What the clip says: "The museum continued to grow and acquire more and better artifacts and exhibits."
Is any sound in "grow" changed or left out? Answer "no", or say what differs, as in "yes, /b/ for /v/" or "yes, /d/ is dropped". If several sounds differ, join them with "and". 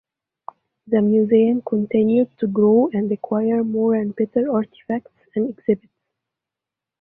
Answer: no